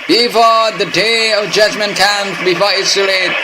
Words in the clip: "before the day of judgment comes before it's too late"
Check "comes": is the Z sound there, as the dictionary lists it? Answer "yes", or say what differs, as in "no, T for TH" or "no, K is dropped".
no, Z is dropped